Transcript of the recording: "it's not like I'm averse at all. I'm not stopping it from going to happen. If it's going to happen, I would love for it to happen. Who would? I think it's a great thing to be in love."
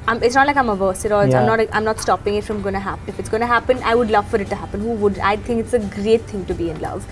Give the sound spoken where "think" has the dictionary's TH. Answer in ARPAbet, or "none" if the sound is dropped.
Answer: T